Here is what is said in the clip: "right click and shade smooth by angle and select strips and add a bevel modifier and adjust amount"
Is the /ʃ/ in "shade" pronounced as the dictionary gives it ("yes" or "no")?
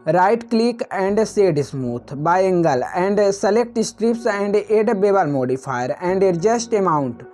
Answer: no